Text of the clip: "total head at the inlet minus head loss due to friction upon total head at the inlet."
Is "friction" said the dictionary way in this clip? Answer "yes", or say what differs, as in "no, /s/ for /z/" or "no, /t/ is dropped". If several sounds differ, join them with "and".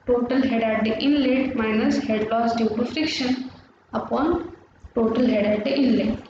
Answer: yes